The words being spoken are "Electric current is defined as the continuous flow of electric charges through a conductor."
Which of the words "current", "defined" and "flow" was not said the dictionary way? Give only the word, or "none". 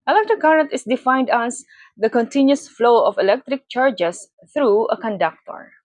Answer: current